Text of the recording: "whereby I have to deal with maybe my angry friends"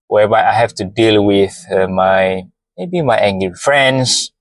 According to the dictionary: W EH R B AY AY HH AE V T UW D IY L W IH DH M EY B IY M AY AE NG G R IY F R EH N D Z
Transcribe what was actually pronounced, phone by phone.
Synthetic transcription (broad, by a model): W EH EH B AY AY HH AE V T UW D IY L W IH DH M EY B IY M AY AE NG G L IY F R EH N D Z